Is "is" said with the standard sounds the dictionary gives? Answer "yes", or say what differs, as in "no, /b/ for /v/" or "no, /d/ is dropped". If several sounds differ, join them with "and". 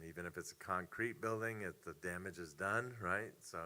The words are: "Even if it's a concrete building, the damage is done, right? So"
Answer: yes